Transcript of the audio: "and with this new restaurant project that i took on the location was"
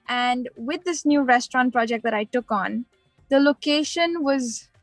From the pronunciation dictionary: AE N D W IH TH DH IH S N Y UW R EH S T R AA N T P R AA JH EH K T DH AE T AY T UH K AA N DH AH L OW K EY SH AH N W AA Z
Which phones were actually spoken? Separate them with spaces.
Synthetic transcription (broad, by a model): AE N D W IH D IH S N Y UW R EH S T R AA N T P R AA JH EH K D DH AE T AY T UH K AA N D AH L OW K EY SH AH N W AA Z